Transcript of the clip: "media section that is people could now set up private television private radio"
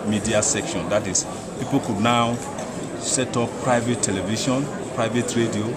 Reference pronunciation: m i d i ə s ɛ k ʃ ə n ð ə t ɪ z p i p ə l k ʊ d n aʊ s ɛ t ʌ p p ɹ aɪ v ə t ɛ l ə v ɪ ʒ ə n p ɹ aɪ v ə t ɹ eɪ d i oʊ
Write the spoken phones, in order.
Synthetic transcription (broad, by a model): m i d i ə s ɛ k ʃ ə n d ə t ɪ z p i p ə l k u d n aʊ s ɛ t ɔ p p ɹ aɪ v ə t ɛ l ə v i ʃ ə n p ɹ aɪ v ə t ɹ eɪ d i oʊ